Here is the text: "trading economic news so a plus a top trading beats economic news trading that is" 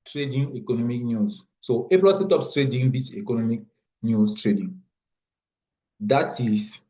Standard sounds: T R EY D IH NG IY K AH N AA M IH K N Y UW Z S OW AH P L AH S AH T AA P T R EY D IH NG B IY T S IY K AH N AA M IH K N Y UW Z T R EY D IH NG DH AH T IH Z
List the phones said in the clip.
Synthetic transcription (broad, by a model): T R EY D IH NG IY K AH N AA M IH K N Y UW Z S OW AH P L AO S AH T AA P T R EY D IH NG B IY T IY K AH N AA M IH K N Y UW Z T R EY D IH NG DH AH T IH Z